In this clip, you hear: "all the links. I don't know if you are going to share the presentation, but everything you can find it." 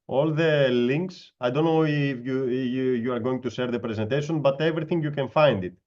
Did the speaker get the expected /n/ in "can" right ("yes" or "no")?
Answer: yes